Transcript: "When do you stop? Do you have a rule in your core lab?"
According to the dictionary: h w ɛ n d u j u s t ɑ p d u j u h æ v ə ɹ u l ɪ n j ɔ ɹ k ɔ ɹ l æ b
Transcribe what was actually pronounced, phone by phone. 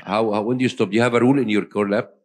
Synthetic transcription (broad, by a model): h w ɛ n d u j u s t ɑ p j u h æ v ə ɹ u l ɪ n j ɔ ɹ k ɔ ɹ l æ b